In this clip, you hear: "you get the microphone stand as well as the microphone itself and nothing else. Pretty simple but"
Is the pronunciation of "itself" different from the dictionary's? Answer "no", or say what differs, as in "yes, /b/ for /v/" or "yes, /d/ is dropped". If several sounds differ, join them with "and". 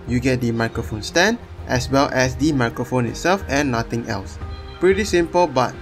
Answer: no